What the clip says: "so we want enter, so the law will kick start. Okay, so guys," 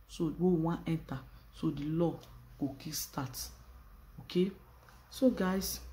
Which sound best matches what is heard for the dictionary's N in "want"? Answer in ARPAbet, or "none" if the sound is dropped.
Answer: none